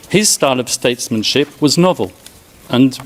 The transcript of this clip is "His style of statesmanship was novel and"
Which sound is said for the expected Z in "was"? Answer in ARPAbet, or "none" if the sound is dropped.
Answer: Z